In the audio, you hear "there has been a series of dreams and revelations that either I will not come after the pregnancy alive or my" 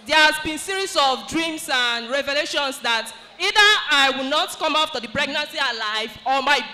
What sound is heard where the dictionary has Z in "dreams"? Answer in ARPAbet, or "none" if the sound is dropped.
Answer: S